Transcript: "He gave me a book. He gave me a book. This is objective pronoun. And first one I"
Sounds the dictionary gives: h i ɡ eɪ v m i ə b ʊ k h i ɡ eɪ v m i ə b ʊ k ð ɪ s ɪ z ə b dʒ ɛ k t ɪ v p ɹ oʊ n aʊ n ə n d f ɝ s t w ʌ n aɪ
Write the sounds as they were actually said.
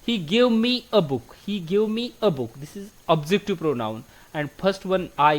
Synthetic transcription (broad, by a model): h i ɡ eɪ v m i ə b ʊ k h i ɡ eɪ v m i ə b ʊ k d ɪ s ɪ z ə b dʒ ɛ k t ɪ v p ɹ oʊ n aʊ n ə n d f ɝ s t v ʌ n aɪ